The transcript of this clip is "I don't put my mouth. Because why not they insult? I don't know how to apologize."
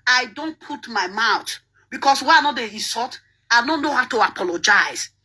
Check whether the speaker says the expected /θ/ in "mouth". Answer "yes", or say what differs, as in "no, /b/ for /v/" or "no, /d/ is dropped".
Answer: no, /t/ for /θ/